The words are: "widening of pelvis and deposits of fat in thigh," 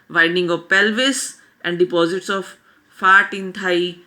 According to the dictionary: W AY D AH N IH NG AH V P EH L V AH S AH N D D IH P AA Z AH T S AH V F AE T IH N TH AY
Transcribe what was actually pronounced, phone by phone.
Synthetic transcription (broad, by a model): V AY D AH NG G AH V P EH L V AH S AH N D D IH P AA Z AH T S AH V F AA T IH N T AY